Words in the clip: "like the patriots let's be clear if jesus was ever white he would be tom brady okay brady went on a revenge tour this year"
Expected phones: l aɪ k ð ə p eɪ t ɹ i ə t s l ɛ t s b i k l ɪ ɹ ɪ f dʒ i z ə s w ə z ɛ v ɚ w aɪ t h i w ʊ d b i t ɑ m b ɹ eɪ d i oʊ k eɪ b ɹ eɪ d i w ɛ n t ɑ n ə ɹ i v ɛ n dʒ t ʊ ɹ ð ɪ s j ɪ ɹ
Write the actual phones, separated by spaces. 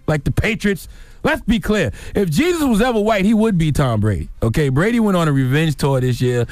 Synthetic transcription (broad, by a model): l aɪ k ð ə p eɪ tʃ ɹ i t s l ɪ t s b i k l ɪ ɹ ɪ f dʒ i z ə s w ə z ɛ v ɚ w aɪ t h i w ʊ d b i t ɑ m b ɹ eɪ d i oʊ k eɪ b ɹ eɪ d i w ɛ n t n ə ɹ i v ɛ n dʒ t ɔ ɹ ð ɪ s j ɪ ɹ